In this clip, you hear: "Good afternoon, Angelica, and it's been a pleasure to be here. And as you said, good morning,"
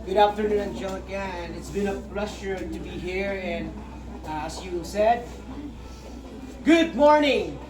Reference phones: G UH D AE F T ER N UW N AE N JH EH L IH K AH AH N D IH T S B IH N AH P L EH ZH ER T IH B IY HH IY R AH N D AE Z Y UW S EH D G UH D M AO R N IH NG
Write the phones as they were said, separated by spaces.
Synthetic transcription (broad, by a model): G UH D AE F T ER N UW N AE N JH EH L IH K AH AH N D IH T S B IH N AH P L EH S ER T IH B IY HH IY R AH N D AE S Y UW S EH D G UH D M AO R N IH NG